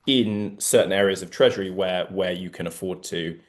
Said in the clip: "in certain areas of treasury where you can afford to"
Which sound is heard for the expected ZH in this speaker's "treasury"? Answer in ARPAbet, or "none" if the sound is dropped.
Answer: ZH